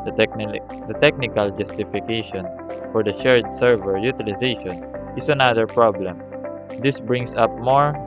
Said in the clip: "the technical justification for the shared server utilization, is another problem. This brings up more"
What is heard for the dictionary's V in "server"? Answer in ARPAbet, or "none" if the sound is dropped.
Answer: V